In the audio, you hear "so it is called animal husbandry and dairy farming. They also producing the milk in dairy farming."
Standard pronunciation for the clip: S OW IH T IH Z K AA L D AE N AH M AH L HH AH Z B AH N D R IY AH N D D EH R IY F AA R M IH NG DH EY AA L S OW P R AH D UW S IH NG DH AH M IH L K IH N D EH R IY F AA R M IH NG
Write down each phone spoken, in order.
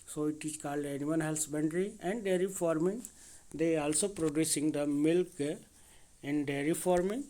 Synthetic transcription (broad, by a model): S OW IH T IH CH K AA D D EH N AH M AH N HH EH S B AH N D R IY AH N D D EH R IY F AA R M IH NG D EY AA L S OW P R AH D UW S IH NG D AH M IH L K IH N D EH R IY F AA R M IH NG